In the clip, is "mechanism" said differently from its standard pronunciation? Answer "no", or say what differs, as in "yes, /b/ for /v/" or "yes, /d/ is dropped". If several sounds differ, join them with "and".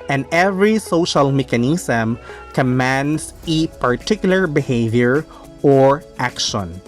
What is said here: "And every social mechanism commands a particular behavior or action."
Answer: yes, /s/ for /z/